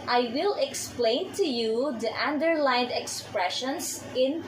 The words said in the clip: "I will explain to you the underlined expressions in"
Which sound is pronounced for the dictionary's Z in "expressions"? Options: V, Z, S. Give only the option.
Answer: S